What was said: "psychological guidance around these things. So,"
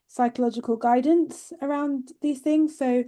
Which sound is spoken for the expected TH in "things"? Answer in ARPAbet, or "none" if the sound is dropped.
TH